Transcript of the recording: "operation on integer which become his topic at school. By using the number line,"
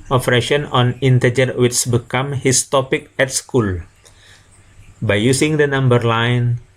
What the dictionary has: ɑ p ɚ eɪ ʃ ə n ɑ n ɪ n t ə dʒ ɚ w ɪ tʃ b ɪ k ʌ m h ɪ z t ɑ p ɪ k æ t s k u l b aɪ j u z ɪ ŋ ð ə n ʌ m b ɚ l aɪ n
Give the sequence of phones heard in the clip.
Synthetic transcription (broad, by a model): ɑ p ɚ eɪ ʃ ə n ɑ n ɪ n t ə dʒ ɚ w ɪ s b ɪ k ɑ m h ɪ s t ɑ p ɪ k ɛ t s k u l b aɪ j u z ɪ ŋ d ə n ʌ m b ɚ l aɪ n